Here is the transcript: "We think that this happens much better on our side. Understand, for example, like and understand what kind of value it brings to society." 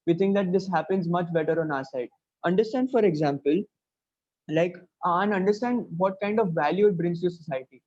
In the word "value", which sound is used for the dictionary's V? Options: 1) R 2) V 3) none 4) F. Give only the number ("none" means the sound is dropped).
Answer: 2